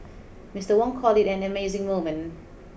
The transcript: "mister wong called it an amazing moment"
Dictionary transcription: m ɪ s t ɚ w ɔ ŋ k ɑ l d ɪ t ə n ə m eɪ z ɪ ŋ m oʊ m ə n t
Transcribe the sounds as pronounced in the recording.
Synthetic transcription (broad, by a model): m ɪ s t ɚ w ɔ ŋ k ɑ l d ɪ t ə n ə m eɪ z ɪ ŋ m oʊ m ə n